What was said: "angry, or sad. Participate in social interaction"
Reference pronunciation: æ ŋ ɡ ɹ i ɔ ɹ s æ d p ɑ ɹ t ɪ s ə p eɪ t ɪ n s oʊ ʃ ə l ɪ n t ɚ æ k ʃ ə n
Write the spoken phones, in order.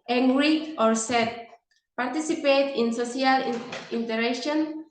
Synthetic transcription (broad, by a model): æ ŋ ɡ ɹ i ɔ ɹ s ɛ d p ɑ ɹ t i s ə p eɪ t ɪ n s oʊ s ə l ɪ n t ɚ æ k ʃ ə n